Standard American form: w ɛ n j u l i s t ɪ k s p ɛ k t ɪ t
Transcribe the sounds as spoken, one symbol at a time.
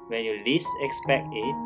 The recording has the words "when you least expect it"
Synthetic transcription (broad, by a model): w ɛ n j u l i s ɪ k s p ɛ k t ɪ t